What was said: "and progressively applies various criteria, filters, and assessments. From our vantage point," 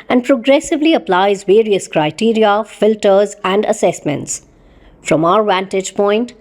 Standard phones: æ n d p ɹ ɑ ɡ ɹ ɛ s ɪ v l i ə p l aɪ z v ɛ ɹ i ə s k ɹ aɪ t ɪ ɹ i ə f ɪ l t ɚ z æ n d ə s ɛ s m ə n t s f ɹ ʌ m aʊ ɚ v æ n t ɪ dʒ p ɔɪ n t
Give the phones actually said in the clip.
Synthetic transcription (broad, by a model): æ n d p ɹ ɑ ɡ ɹ ɛ s ɪ v l i ə p l aɪ z v ɛ ɹ i ə s k ɹ aɪ t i ɹ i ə f ɪ l t ɚ z æ n d ə s ɛ s m ə n t s f ɹ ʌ m aʊ ɚ v æ n t ɪ dʒ p ɔɪ n t